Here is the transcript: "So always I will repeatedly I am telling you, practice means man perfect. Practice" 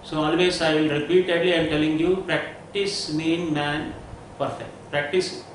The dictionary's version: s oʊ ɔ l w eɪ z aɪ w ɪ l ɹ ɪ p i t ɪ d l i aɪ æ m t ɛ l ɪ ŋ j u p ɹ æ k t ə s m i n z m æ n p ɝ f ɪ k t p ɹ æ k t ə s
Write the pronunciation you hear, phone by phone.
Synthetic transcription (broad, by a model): s oʊ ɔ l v eɪ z aɪ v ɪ l ɹ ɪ p i t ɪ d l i aɪ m t ɛ l ɪ ŋ j u p ɹ æ k t ə s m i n m æ n p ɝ f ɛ k t p ɹ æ k t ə s